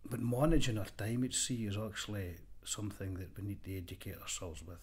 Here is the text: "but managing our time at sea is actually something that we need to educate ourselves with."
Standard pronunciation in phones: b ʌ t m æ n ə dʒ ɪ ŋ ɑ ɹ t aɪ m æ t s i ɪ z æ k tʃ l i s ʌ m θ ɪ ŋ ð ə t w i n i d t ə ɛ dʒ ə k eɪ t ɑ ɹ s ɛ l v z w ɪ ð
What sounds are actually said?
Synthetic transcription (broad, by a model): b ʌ t m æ n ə dʒ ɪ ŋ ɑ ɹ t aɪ m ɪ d s i ɪ z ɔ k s l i s ʌ m θ ɪ ŋ ð ə t w i n i d t ə ɛ dʒ ə k eɪ t ɑ ɹ s ɛ l v z w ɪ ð